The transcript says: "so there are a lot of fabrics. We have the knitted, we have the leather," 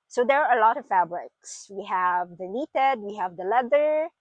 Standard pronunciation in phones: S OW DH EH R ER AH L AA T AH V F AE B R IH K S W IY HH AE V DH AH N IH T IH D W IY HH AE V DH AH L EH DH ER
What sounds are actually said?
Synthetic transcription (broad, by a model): S OW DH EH R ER AH L AA T AH V F AE B R IH K S W IY HH AE V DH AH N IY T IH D W IY HH AE V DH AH L EH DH ER